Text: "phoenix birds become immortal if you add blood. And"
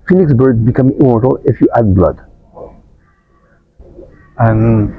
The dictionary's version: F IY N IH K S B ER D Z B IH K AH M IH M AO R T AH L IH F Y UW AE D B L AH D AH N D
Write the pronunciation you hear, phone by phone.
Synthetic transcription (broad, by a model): F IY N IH K S B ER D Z B IH K AH M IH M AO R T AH L IH F Y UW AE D B L AH D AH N